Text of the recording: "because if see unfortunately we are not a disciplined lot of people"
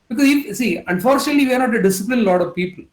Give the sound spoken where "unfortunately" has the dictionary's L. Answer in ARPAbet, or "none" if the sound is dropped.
L